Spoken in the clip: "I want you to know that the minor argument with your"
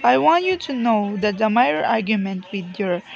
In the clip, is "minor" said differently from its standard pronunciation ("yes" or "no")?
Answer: yes